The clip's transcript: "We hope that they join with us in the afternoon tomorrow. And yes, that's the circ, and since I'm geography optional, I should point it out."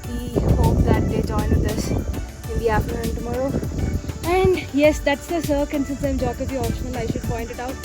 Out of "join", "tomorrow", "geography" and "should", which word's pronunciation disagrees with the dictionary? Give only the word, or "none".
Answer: geography